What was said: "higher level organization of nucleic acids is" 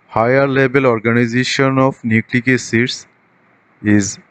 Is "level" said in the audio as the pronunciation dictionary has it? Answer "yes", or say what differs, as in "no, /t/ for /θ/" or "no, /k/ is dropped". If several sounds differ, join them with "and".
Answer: no, /b/ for /v/